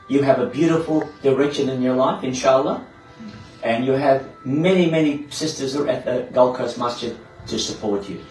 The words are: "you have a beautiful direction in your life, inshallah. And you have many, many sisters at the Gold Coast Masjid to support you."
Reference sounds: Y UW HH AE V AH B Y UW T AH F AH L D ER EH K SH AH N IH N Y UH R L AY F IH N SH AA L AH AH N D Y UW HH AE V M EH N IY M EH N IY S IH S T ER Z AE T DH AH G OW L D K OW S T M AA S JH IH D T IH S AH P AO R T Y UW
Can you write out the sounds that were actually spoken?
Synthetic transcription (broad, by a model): Y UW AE V AH B Y UW T AH F AH L D ER EH K SH AH N IH N Y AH R L AY F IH N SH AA L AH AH N Y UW V M EH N IY M EH N IY S IH S T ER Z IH T DH AH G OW L K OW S M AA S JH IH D T IH S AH P AO R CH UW